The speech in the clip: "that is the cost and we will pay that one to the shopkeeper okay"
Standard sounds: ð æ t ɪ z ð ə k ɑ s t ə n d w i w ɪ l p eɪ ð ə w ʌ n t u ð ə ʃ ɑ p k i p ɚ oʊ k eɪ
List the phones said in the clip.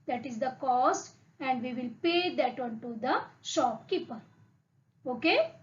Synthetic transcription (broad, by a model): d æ t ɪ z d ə k ɑ s t ə n d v i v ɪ l p eɪ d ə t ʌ n t u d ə ʃ ɑ p k i p ɚ oʊ k eɪ